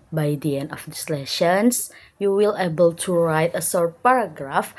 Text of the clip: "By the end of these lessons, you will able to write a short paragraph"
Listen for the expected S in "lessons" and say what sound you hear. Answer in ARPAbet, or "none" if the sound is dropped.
SH